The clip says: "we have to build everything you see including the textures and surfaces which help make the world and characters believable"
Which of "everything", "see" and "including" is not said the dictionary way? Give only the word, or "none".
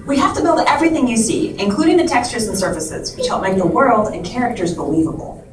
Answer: none